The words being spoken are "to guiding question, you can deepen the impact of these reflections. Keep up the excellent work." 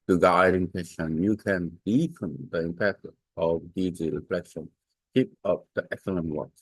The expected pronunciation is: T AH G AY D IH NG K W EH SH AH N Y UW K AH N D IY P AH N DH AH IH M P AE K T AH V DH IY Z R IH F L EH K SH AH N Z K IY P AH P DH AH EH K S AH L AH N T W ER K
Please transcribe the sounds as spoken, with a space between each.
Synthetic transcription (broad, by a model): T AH G AY D IH NG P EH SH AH N Y UW K AH N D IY F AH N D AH IH M P AE K T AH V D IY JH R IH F L EH K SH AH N K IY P AH P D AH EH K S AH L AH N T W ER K